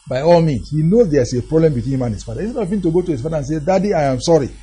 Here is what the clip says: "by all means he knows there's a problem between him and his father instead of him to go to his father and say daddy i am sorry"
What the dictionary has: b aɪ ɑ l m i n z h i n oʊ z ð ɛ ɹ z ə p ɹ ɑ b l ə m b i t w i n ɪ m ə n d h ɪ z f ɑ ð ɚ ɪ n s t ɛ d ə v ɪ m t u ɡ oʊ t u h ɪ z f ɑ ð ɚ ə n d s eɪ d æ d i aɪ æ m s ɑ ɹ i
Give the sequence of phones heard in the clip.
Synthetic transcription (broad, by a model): b aɪ ɑ l m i n s h i n oʊ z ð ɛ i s ə p ɹ ɑ b l ə m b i t w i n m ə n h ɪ s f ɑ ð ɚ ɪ s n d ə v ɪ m t u ɡ oʊ t u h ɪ s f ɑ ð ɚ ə n s eɪ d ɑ d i aɪ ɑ m s ɑ ɹ i